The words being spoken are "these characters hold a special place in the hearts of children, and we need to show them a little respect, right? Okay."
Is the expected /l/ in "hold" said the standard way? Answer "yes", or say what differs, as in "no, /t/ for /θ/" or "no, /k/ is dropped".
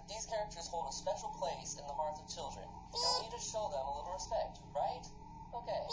yes